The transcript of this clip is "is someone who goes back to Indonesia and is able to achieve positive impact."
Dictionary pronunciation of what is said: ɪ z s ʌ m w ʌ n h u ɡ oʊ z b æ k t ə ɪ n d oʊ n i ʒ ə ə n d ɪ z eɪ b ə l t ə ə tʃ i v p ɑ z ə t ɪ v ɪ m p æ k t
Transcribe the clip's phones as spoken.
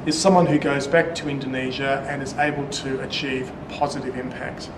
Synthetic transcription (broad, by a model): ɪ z s ʌ m w ʌ n h u ɡ oʊ z b æ k t ə ɪ n d oʊ n i ʒ ə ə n ɪ z eɪ b ə l t ə ə tʃ i v p ɑ z ə t ɪ v ɪ m p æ k t